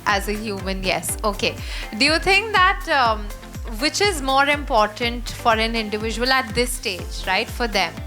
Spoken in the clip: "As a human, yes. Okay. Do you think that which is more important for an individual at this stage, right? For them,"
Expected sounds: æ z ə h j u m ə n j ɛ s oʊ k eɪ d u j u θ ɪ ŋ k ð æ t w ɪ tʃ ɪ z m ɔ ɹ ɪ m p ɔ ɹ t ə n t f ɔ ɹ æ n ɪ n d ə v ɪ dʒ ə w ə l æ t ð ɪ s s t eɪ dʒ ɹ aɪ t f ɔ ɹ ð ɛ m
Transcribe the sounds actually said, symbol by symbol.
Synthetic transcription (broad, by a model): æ z ə h j u m ə n j ɛ s oʊ k eɪ d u j u t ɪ ŋ k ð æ t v ɪ tʃ ɪ z m ɔ ɹ ɪ m p ɔ ɹ t ə n t f ɔ ɹ æ n ɪ n d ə v ɪ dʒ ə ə l æ t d ɪ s s t eɪ dʒ ɹ aɪ t f ɔ ɹ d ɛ m